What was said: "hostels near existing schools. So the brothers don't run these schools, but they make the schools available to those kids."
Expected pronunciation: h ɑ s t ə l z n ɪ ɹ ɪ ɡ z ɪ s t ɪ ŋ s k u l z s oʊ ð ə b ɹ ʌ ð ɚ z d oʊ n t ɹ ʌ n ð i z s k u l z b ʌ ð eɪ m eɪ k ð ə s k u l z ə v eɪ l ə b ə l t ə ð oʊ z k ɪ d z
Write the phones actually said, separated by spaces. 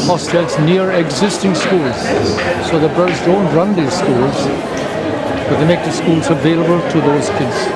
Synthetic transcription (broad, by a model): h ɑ s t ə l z n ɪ ɹ ɪ ɡ z ɪ s t ɪ ŋ s k u l z s oʊ ð ə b ɹ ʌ ʊ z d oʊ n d ɹ ʌ n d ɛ s k u l z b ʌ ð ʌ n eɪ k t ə s k u l z ə v eɪ l ə b ə l t ə ð oʊ z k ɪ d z